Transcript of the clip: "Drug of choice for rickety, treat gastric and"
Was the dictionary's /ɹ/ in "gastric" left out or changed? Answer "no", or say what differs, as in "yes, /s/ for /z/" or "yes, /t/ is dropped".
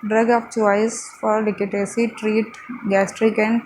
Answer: no